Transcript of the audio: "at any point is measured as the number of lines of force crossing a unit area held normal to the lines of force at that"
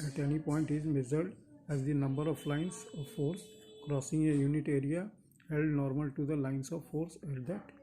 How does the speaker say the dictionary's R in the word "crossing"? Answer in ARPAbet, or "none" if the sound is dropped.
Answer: R